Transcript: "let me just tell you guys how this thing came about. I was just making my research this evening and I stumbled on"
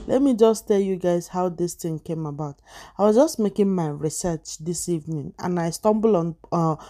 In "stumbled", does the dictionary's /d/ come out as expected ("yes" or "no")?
no